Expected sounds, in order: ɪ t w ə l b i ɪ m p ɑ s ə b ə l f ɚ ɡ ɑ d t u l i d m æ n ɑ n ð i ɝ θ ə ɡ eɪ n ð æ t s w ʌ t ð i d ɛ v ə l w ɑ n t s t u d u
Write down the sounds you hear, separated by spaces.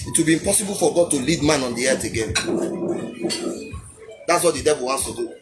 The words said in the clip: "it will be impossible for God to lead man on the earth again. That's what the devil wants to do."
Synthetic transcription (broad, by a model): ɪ t w ə l b i ɪ m p ɑ s ə b ə l f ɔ ɡ ɑ d t u l i d m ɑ n ɑ n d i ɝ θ ə ɡ eɪ n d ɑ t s w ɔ t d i d ɛ v ə l w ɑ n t s t u d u